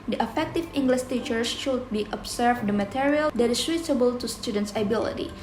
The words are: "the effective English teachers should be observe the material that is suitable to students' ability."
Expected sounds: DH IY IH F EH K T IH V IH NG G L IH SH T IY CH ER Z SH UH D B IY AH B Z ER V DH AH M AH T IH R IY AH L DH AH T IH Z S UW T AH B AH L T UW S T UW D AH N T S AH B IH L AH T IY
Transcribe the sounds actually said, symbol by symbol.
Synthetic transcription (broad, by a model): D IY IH F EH K T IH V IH NG G L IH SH T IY CH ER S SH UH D B IY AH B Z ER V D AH M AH T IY R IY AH L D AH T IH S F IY S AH B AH L T UW S T UW D AH N T S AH B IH L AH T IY